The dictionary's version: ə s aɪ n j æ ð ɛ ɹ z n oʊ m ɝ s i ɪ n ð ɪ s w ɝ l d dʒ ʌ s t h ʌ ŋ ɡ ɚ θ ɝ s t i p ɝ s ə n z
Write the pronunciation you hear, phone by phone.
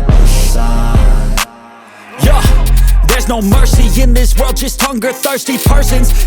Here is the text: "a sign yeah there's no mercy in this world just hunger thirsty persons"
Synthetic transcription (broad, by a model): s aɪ j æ ð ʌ ɹ z n oʊ m ɝ s i ɪ n ð ɪ s w ɝ l d dʒ ʌ s t h ʌ ŋ ɡ ɚ θ ɝ s t i p ɝ s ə n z